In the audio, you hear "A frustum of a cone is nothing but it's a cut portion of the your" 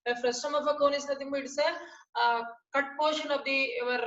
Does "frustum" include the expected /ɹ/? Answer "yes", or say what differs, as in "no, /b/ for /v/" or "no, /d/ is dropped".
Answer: yes